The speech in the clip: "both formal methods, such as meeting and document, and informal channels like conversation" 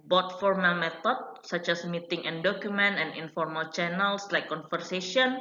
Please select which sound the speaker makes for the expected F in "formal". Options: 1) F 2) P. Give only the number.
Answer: 1